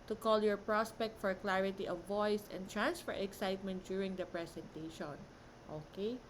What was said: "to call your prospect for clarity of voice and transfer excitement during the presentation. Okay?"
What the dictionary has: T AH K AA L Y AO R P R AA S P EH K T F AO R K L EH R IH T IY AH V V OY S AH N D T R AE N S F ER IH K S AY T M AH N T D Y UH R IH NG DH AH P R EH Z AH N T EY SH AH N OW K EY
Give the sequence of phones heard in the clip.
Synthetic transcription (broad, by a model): T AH K AA L Y AO R P R AA S P EH K T F AO R K L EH R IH T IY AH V V OY S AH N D T R AE N S F ER IH K S AY T M AH N T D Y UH R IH NG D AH P R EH S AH N T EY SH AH N OW K EY